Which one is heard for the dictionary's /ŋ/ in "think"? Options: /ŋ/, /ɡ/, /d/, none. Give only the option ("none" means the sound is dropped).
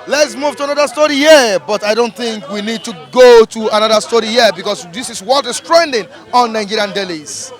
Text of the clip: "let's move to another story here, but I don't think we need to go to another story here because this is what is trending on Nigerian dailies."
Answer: /ŋ/